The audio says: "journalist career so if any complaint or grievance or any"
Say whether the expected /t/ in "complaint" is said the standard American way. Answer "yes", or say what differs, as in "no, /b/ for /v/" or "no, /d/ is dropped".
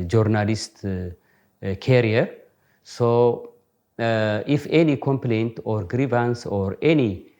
yes